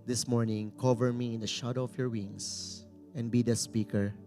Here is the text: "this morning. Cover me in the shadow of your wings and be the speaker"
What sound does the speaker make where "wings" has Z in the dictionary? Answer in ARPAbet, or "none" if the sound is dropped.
S